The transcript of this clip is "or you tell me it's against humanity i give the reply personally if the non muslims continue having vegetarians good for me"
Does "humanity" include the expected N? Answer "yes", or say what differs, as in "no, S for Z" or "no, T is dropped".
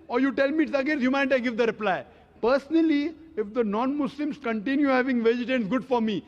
no, N is dropped